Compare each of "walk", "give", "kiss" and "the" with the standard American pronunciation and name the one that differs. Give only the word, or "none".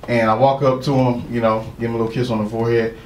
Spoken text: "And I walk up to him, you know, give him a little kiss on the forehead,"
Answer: give